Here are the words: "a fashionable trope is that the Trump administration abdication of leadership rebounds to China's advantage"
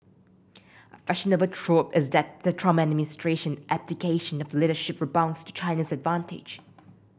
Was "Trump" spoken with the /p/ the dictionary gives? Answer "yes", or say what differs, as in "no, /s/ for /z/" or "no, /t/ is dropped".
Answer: no, /p/ is dropped